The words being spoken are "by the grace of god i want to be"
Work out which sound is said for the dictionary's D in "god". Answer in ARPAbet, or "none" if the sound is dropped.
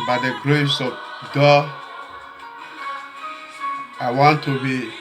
none